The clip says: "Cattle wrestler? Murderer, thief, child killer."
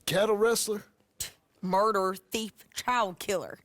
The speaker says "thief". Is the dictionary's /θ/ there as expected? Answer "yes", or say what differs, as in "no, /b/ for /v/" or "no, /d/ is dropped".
yes